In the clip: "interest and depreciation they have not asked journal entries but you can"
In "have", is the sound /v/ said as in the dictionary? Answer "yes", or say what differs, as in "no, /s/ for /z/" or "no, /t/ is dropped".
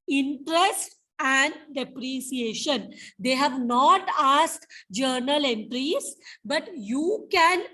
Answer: yes